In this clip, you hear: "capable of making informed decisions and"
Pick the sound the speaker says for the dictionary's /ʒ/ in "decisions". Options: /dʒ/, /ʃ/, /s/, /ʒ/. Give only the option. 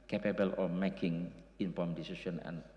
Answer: /s/